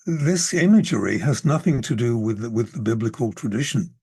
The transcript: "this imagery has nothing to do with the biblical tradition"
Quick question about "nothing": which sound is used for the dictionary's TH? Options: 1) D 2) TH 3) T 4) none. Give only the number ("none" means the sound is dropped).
2